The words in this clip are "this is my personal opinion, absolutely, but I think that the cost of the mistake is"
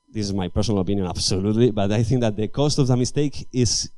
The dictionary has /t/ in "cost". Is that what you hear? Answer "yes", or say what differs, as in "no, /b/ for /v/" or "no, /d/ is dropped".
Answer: yes